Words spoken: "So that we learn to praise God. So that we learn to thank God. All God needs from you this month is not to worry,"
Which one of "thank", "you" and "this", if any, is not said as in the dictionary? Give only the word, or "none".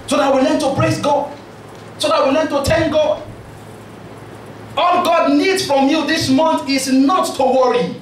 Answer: thank